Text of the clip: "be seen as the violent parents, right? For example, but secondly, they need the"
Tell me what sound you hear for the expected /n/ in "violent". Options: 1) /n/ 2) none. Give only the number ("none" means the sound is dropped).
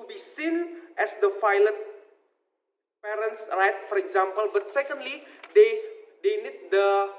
2